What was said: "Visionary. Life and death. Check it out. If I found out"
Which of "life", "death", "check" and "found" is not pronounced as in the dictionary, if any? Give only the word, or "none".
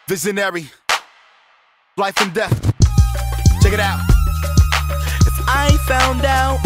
none